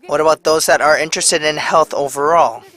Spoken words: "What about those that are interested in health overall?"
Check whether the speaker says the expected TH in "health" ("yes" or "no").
yes